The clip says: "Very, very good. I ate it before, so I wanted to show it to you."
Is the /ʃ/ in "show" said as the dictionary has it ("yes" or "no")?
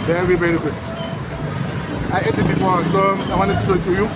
no